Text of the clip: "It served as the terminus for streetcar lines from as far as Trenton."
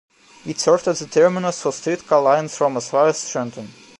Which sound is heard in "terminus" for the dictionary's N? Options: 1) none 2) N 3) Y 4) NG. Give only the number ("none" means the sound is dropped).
2